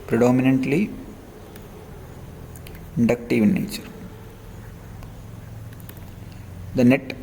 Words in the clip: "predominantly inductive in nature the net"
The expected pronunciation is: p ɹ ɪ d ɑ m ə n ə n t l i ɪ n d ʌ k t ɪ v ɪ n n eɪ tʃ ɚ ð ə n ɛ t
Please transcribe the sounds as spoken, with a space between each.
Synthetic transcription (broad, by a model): p ɹ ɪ d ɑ m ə n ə n t l i ɪ n d ʌ k t ɪ v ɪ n n eɪ tʃ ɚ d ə n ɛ t